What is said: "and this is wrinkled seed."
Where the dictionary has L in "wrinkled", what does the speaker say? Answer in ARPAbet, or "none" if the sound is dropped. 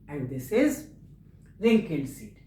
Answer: N